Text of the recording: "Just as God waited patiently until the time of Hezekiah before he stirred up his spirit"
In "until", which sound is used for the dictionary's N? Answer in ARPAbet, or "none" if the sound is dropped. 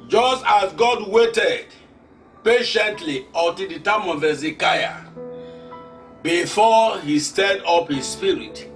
none